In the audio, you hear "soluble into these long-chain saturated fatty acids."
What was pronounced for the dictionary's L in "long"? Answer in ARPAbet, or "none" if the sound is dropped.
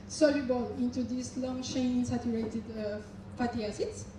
L